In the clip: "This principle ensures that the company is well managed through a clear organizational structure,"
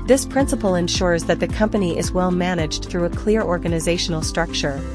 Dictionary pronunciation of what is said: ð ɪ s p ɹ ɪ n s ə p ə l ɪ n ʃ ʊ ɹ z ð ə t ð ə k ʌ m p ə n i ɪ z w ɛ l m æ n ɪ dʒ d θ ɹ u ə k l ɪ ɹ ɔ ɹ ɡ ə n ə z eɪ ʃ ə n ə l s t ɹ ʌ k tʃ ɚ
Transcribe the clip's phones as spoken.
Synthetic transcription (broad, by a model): ð ɪ s p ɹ ɪ n s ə p l ɪ n ʃ ʊ ɹ z ð ə t ð ə k ʌ m p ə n i ɪ z w ɛ l m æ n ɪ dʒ θ ɹ u ə k l ɪ ɹ ɔ ɹ ɡ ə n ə z eɪ ʃ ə n l s t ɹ ʌ k tʃ ɚ